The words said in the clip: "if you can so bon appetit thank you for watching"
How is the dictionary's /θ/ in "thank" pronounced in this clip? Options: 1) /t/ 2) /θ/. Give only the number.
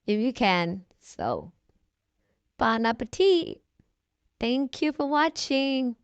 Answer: 2